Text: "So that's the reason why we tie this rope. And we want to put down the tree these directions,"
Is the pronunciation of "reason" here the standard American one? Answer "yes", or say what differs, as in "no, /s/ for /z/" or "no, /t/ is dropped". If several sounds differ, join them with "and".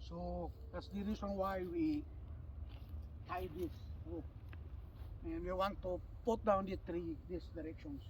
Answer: no, /s/ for /z/